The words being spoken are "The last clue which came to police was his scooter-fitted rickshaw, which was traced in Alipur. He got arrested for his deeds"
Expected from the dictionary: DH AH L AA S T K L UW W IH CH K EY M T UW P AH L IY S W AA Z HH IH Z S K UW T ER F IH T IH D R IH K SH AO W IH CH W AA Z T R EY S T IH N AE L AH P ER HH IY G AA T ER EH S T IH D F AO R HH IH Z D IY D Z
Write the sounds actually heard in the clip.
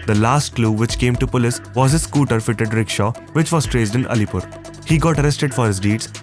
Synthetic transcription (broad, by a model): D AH L AA S T K L UW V IH CH K EY M T UW P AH L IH S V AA Z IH S K UW T ER F IH T IH D R IH K SH AO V IH CH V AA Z T R EY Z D IH N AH L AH P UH HH IY G AA T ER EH S T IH D F AO R HH IH Z D IY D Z